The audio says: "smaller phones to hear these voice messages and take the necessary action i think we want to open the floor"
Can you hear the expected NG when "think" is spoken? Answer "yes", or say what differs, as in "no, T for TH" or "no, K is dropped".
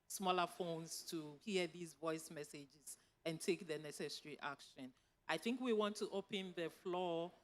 yes